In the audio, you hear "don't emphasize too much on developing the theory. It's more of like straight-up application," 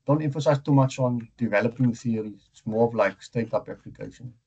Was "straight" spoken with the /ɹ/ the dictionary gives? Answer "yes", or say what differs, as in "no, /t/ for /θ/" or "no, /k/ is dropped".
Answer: no, /ɹ/ is dropped